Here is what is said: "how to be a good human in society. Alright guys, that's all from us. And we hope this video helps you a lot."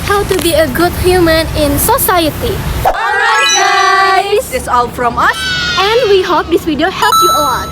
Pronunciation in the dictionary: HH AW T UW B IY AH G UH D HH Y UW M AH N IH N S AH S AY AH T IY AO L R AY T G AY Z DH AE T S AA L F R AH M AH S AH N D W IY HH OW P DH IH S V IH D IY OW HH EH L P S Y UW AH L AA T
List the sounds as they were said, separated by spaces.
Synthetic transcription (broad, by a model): HH AW T UW B IY AH G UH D HH Y UW M AH N IH N S AH S AY AH T IY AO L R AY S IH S AA L F R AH M AH S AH N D W IY HH OW P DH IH S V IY D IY OW HH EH L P Y UW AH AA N